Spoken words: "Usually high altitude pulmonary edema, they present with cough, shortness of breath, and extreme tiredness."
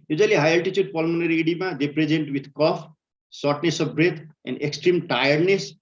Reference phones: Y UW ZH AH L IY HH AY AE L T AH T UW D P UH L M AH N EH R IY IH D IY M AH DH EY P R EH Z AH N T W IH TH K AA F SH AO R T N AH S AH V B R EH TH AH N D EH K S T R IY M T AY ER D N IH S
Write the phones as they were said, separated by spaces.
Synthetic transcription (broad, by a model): Y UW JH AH L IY HH AY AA L T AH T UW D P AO L M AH N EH R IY IH D IY M AH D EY P R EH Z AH N T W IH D K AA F S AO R T N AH S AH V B R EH T AH N D EH K S T R IY M T AY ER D N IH S